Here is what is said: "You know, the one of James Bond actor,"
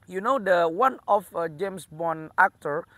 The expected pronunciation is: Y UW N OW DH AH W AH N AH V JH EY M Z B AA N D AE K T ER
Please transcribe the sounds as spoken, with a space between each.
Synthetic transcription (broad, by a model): Y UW N OW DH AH W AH N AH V JH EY M S B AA N AE K T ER